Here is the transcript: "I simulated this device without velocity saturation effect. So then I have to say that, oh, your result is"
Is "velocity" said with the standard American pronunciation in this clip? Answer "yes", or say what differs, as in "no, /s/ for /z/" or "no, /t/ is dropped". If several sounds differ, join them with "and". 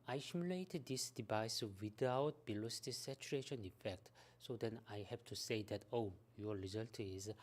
no, /b/ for /v/